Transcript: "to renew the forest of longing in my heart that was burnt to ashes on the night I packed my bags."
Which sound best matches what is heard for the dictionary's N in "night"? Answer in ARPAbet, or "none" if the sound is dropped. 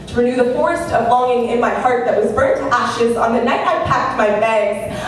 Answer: N